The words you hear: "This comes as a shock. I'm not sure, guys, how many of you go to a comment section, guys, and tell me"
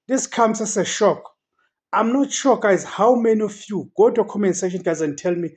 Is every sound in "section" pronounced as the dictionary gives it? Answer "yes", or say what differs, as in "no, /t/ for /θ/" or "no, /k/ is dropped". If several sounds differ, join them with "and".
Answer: no, /k/ is dropped